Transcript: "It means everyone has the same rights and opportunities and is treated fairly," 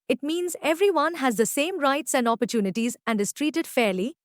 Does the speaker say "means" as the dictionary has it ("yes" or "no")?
yes